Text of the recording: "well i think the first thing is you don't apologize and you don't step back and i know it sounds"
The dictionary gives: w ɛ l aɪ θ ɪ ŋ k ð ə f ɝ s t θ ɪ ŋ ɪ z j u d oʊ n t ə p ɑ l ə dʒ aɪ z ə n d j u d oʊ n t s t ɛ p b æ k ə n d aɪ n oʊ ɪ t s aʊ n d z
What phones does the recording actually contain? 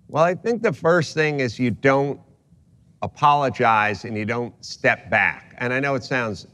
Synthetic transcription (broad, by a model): w ɛ l aɪ θ ɪ ŋ k ð ə f ɝ s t θ ɪ ŋ ɪ z j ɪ d oʊ n t ə p ɑ l ə dʒ aɪ z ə n j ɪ d oʊ n t s t ɛ p b æ k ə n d aɪ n oʊ ɪ t s aʊ n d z